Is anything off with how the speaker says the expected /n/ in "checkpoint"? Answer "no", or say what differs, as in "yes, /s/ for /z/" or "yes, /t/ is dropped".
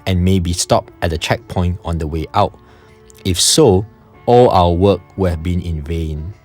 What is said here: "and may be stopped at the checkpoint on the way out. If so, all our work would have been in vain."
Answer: no